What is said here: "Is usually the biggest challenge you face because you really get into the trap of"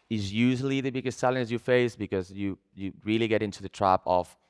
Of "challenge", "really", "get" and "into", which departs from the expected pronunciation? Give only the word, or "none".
challenge